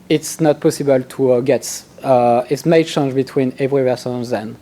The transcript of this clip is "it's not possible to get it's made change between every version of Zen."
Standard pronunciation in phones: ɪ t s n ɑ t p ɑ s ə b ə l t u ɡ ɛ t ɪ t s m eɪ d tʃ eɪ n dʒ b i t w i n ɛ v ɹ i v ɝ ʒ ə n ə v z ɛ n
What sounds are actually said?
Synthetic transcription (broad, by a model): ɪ t s n ɑ t p ɑ s ə b ə l t u ɡ ɛ t ɪ t s m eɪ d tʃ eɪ n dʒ b i t w i n ɛ v ɹ i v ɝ s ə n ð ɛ n